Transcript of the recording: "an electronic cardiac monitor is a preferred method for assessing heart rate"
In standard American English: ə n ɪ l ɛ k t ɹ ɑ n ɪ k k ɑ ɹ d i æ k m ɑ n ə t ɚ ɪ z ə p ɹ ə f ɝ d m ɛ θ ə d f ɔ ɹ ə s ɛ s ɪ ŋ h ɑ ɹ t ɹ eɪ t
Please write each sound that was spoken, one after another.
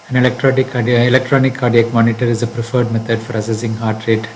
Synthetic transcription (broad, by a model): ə n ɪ l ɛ k t ɹ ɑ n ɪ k k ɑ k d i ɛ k m ɑ n ə t ɚ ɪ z ə p ɹ ə f ɝ d m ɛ t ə d f ɔ ɹ ə s ɛ s ɪ ŋ h ɑ ɹ t ɹ eɪ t